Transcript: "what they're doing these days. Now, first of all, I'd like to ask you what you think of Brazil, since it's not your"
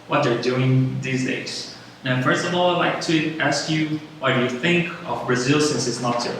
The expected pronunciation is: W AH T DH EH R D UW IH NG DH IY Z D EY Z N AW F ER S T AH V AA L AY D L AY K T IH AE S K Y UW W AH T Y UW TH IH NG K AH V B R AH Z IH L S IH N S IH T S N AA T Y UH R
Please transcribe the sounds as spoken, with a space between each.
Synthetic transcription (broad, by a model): W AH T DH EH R D UW IH NG DH IY Z D EY Z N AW F ER S T AH V AA L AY L AY K T IH AE S K Y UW W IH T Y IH TH IH NG K AH V B R AH Z IH L S IH N S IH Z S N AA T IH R